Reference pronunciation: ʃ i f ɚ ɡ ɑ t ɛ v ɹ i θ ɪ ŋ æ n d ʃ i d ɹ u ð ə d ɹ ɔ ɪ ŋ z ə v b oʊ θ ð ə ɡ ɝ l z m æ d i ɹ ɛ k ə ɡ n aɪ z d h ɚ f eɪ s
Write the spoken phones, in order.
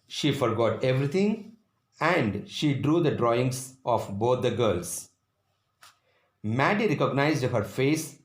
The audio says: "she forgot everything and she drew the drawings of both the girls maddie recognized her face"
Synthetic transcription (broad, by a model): ʃ i f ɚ ɡ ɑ t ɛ v ɹ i t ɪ ŋ æ n d ʃ i d ɹ u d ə d ɹ ɔ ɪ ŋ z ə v b oʊ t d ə ɡ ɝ l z m æ d i ɹ ɛ k ə ɡ n aɪ z d h ɚ f eɪ s